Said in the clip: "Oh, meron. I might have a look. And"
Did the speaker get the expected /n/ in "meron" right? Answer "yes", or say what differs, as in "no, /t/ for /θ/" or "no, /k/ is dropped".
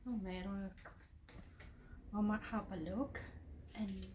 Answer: no, /n/ is dropped